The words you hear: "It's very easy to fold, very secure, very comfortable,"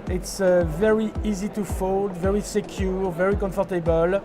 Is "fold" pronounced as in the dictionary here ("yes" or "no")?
yes